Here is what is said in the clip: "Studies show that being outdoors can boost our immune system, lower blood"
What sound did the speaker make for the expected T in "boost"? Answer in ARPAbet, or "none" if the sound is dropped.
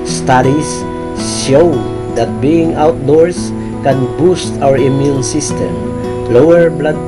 T